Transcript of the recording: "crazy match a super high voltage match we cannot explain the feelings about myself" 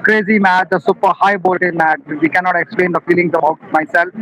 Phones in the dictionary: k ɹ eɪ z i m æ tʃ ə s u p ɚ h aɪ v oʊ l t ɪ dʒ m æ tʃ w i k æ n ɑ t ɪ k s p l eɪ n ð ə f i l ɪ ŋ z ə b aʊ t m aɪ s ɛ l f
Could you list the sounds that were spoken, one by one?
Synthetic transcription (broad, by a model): k ɹ eɪ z i m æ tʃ ə s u p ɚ h aɪ b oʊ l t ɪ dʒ m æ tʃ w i k æ n ɑ t ɪ k s p l eɪ n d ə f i l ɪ ŋ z ə b aʊ t m aɪ s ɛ l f